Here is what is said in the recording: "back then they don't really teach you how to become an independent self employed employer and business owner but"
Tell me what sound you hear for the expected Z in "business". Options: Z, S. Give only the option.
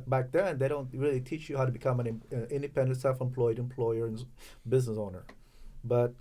Z